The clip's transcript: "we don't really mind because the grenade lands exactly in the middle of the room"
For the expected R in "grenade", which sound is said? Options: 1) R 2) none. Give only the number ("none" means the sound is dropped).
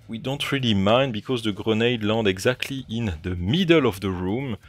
1